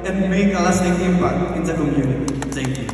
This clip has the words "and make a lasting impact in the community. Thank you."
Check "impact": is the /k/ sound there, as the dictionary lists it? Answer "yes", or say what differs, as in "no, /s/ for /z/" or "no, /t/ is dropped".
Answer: no, /k/ is dropped